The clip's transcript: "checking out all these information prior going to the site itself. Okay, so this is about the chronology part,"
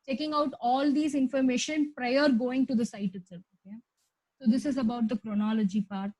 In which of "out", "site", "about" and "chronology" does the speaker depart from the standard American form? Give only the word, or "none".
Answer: none